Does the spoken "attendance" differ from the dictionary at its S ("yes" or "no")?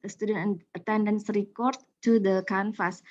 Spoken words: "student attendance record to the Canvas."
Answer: no